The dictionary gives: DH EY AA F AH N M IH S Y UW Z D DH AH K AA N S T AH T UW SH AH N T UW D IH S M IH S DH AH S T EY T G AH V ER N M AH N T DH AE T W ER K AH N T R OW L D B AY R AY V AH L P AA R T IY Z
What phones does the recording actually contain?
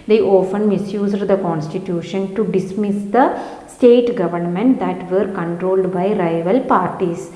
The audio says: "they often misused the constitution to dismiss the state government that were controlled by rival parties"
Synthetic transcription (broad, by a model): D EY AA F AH N M IH S Y UW Z D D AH K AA N S T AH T UW SH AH N T UW D IH S M IH S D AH S T EY T G AH V ER N M AH N T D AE T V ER K AH N T R OW L D B AY R AY V AH L P AA R T IY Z